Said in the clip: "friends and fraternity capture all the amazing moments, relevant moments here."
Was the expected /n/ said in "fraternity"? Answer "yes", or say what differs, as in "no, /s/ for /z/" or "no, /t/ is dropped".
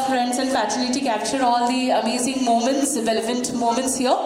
no, /l/ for /n/